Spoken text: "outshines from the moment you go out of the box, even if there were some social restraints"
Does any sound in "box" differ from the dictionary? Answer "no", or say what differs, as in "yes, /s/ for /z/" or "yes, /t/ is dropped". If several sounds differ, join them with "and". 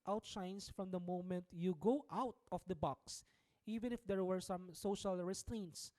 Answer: no